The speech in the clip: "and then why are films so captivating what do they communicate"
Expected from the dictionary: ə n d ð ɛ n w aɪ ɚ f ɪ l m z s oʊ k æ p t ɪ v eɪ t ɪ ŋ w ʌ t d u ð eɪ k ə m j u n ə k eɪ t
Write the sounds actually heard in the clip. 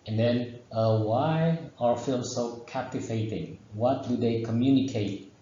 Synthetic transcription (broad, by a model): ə n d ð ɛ n w aɪ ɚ f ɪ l m s oʊ k æ p t ɪ v eɪ t ɪ ŋ w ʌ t d u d eɪ k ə m j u n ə k eɪ t